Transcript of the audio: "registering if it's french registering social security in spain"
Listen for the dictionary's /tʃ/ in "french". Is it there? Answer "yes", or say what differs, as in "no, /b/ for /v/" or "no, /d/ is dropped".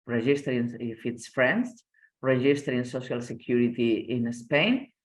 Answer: no, /s/ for /tʃ/